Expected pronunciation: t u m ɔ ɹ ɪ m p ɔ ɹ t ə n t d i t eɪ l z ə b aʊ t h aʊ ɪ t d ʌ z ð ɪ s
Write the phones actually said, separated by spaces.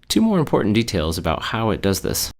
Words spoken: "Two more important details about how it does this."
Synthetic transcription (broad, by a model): t u m ɔ ɹ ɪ m p ɔ ɹ t n d i t eɪ l z ə b aʊ t h aʊ ɪ t d ʌ z ð ɪ s